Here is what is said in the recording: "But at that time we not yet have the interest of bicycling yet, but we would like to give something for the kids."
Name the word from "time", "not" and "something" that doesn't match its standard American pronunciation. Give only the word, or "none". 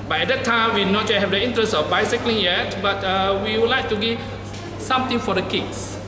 something